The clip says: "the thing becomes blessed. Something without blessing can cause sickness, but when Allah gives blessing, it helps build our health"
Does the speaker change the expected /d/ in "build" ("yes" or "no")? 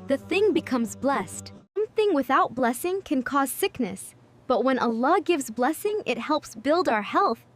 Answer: no